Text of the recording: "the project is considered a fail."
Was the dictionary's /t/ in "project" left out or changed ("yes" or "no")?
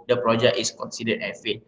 yes